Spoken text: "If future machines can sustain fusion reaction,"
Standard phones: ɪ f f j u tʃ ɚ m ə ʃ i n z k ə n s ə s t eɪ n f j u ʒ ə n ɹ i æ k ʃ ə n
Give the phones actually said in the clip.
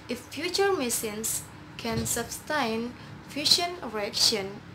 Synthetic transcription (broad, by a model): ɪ f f j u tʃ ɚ m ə s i n s k ə n s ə s t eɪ n f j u ʃ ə n ɹ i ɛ k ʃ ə n